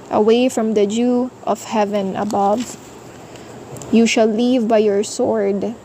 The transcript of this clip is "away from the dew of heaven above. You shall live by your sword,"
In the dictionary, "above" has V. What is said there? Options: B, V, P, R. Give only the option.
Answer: V